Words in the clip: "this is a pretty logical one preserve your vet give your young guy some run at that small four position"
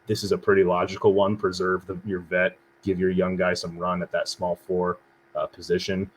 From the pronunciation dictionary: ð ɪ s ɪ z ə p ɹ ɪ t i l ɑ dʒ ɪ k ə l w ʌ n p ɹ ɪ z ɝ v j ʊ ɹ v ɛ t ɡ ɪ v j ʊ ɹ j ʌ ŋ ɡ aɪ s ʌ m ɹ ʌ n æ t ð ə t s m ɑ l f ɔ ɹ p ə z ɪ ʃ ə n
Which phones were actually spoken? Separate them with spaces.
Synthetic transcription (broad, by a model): ð ɪ s ɪ z ə p ɹ ɪ t i l ɑ dʒ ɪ k l w ʌ n p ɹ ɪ z ɝ v j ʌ ɹ v ɛ t ɡ ɪ v j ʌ ɹ j ʌ ŋ ɡ aɪ s ʌ m ɹ ʌ n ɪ t ð ə t s m ɑ l f ɔ ɹ p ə z ɪ ʃ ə n